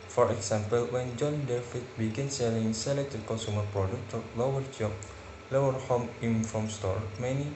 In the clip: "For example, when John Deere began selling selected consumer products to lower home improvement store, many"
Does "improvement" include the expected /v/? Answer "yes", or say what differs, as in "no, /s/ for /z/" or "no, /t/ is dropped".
no, /v/ is dropped